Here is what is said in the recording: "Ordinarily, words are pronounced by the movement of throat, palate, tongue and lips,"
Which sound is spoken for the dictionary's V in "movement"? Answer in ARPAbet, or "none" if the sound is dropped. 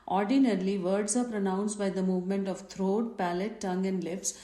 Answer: V